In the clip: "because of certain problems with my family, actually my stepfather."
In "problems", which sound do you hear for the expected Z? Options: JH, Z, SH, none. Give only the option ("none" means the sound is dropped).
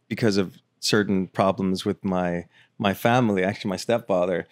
Z